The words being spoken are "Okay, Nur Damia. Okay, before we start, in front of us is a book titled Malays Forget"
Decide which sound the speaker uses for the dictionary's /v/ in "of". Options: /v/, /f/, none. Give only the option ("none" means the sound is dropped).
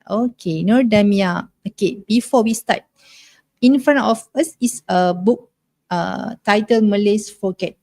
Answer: /f/